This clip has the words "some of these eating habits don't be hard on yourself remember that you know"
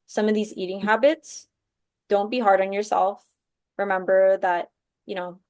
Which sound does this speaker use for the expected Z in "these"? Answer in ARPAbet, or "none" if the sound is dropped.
Z